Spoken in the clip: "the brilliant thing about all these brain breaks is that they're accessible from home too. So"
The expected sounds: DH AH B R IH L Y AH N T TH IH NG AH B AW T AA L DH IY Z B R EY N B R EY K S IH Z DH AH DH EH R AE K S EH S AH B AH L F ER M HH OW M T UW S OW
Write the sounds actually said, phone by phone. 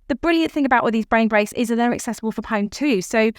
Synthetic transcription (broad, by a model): DH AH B R IH L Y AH N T TH IH NG AH B AW T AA DH IY Z B R EY N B R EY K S IH Z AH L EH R AE K S EH S AH B AH L F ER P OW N T UW S OW